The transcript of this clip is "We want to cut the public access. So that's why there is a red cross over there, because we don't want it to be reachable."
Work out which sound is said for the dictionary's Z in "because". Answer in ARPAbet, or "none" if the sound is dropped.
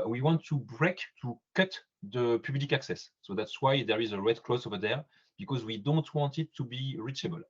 Z